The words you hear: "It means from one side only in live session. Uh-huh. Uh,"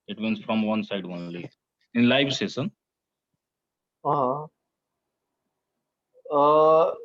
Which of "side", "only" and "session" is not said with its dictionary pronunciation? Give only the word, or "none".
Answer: session